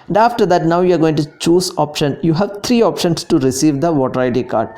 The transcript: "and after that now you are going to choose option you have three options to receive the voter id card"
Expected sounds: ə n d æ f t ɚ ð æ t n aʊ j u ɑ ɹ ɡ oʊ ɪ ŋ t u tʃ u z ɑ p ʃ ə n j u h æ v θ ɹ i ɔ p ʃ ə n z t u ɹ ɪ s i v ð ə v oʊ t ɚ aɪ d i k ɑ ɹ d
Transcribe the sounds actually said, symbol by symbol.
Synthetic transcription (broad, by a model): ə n d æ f t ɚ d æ t n aʊ j u ɑ ɹ ɡ oʊ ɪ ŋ t u tʃ u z ɑ p ʃ ə n j u h æ v t ɹ i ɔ p ʃ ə n s t u ɹ ɪ s i v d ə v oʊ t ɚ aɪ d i k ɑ ɹ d